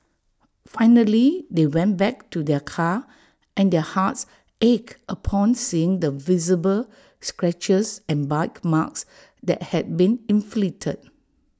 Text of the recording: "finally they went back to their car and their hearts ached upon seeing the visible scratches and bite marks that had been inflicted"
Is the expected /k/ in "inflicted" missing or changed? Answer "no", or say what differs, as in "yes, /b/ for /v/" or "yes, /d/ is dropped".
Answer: yes, /k/ is dropped